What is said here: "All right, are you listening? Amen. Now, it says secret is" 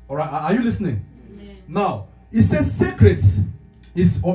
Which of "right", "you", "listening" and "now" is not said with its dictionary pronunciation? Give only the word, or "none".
none